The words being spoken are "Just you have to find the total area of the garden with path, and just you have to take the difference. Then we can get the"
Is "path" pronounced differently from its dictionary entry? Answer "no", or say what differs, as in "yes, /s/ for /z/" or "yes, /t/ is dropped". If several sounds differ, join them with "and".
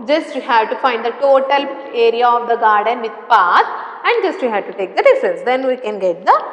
yes, /s/ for /θ/